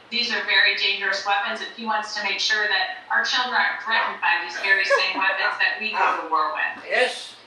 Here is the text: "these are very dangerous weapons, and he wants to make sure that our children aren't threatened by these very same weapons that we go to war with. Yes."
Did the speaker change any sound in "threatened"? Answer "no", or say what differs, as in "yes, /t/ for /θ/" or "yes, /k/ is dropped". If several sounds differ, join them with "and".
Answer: yes, /n/ is dropped